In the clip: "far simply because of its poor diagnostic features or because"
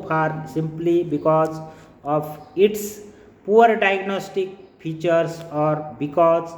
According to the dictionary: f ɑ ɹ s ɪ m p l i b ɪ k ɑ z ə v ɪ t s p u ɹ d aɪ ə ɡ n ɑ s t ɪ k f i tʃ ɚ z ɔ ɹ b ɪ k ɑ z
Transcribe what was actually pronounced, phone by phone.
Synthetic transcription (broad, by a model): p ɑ ɹ s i m p l i b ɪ k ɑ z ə p ɪ t s p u ɹ d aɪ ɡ n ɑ s t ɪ k p i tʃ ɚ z ɔ ɹ b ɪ k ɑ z